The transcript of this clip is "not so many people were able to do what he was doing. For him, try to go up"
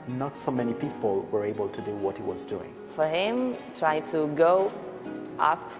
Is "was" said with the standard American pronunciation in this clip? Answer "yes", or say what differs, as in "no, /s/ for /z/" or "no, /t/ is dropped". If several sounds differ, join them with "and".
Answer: yes